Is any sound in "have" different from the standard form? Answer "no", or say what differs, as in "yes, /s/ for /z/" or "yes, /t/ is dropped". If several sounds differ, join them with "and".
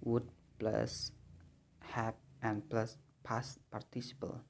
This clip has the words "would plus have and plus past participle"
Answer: yes, /p/ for /v/